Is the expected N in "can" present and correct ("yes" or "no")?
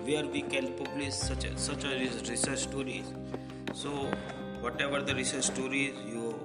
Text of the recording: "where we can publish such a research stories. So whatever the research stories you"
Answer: no